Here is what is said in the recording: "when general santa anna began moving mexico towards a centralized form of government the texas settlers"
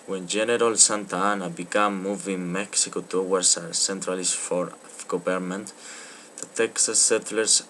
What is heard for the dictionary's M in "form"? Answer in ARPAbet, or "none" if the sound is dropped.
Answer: none